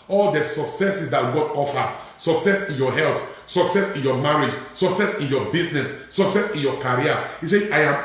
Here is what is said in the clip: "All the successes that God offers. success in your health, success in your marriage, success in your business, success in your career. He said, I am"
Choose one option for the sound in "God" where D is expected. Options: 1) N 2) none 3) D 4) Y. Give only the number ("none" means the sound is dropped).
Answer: 3